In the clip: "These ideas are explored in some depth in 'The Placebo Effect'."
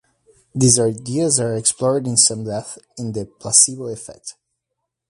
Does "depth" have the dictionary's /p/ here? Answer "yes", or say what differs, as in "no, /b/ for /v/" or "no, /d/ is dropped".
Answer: no, /p/ is dropped